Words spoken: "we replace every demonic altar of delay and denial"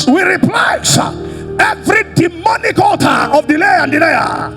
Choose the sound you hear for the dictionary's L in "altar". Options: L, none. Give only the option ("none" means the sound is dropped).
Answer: none